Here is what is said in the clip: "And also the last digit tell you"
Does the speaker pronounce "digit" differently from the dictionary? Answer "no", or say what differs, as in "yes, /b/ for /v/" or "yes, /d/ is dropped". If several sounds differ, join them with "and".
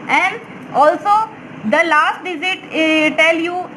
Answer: yes, /z/ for /dʒ/